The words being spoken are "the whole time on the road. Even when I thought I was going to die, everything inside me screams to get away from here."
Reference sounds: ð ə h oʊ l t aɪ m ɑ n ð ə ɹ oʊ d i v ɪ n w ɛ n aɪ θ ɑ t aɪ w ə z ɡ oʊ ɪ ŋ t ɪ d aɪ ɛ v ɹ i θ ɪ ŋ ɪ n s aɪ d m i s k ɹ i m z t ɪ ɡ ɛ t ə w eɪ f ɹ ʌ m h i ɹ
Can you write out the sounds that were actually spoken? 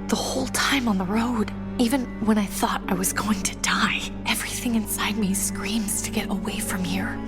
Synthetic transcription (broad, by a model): ð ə h oʊ l t aɪ m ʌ n ð ə ɹ oʊ d i v ɪ n w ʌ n aɪ θ ɑ t aɪ w ə z ɡ oʊ ɪ ŋ t ɪ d aɪ ɛ v ɹ i θ ɪ ŋ ɪ n s aɪ d m i s k ɹ i m z t ɪ ɡ ɛ t ə w eɪ f ɹ ʌ m h i ɹ